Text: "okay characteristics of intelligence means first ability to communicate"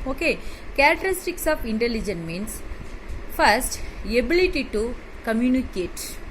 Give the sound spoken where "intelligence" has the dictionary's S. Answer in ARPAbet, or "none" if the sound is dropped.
none